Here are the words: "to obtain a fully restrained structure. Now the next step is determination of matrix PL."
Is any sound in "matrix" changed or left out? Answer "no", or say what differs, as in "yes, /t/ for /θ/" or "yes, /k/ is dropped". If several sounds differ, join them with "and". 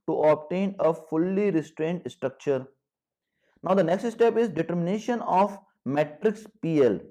no